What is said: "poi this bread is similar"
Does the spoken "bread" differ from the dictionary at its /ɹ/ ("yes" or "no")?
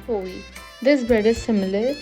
yes